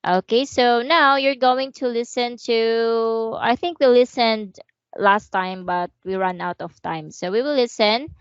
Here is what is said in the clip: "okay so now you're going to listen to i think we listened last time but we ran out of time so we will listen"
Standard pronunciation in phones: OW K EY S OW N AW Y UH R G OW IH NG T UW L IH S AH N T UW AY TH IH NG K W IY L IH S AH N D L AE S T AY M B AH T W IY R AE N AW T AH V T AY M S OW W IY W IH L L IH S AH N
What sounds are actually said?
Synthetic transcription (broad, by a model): OW K EY S OW N AW Y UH R G OW IH NG T UW L IH S AH N T UW AY TH IH NG K W IY L IH S AH N D L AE S T AY M B AH T W IY R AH N AW T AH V T AY M S OW W IY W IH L L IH S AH N